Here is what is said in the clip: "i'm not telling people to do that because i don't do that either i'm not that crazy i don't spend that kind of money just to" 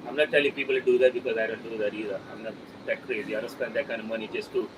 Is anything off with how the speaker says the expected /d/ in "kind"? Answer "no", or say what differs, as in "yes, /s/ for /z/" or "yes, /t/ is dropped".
yes, /d/ is dropped